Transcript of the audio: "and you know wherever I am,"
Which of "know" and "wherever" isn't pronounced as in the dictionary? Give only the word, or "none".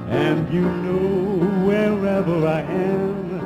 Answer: none